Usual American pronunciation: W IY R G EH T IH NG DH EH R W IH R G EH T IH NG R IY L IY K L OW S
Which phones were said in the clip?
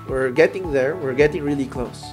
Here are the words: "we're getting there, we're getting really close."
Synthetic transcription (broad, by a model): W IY R G EH T IH NG DH EH R W IH R G EH T IH NG R IY L IY K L OW S